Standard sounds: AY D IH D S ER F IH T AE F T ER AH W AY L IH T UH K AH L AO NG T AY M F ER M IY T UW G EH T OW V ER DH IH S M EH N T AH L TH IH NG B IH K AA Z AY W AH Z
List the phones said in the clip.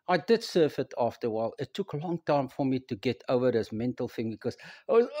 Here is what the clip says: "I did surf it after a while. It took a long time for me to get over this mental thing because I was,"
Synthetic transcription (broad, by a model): AY D IH D S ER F IH T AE F T ER W AY L IH T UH K AH L AO NG T AY M F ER M IY T UW G EH T OW V ER DH IH S M EH N T AH L TH IH NG B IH K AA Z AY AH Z